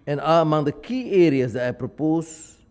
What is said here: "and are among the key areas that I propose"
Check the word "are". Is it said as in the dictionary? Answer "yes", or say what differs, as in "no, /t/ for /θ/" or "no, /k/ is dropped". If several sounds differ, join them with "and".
no, /l/ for /ɹ/